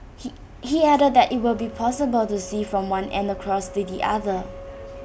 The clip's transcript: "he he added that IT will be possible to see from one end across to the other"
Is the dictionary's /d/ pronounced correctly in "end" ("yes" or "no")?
yes